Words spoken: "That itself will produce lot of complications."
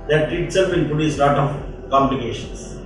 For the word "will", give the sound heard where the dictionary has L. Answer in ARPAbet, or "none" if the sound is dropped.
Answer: N